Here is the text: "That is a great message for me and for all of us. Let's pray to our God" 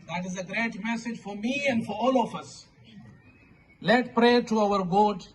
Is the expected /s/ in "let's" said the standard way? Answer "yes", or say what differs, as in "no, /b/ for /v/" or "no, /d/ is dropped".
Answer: no, /s/ is dropped